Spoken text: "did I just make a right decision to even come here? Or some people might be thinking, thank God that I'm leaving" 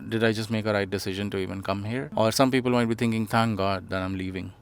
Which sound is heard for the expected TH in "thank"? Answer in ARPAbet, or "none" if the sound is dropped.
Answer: T